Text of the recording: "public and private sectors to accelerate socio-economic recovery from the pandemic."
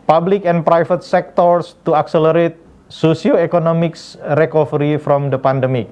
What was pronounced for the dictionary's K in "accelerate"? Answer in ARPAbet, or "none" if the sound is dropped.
K